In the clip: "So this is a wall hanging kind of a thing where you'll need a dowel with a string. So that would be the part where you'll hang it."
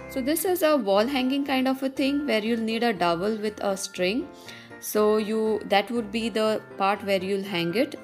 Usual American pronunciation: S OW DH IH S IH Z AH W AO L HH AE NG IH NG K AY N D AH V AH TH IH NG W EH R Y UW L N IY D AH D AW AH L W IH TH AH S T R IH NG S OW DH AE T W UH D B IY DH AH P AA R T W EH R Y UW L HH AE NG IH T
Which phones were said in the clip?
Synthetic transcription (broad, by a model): S OW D IH S IH Z AH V AO L HH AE NG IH NG K AY N D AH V AH T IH NG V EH R Y UW L N IY D AH D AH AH L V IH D AH S T R IH NG S OW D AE T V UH D B IY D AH P AA R T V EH R Y UW L HH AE NG IH T